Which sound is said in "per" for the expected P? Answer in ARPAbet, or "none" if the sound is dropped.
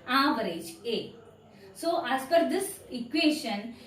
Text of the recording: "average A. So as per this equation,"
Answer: F